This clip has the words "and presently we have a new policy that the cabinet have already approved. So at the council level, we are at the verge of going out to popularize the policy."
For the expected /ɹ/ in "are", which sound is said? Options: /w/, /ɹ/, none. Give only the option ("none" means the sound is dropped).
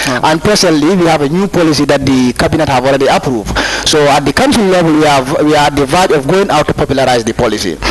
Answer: /w/